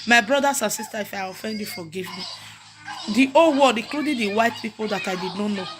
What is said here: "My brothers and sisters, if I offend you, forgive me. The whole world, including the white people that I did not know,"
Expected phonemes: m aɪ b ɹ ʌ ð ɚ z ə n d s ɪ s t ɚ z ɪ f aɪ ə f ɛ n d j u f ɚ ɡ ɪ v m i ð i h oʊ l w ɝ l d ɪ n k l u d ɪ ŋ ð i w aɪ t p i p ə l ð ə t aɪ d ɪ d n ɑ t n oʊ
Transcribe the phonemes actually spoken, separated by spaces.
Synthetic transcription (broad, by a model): m aɪ b ɹ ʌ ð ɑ s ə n s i s t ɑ ɪ f aɪ ə f ɛ n d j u f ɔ ɡ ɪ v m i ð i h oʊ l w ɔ d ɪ k l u d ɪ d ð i w aɪ t p i p ə l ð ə t aɪ d ɪ d n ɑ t n oʊ